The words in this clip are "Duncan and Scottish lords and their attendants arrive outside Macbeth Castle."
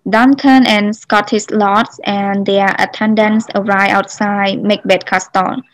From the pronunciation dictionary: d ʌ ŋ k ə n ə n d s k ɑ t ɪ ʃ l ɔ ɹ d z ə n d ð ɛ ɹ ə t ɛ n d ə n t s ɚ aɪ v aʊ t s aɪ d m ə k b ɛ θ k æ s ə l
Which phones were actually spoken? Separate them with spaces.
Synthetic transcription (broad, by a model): d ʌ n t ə n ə n s k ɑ t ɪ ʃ l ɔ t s ə n d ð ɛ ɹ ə t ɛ n d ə n s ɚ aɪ aʊ t s aɪ d m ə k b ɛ t k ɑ s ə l